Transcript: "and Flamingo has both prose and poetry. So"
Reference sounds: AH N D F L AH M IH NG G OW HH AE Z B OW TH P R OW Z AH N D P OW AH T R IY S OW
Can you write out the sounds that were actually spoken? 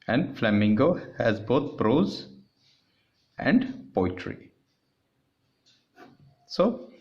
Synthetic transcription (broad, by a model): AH N D F L AH M IH NG G OW HH AE Z B OW T P R OW Z AH N D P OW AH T R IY S OW